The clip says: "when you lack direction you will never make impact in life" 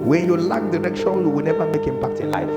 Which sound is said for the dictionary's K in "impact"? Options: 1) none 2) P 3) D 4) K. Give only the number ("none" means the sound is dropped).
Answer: 4